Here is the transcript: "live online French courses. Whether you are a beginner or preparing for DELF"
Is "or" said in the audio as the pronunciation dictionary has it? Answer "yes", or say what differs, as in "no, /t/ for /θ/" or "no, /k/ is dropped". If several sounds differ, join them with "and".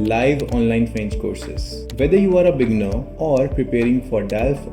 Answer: yes